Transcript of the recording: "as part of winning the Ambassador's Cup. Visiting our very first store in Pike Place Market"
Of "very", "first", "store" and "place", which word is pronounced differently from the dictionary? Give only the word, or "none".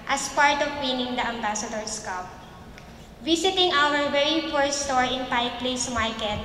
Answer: first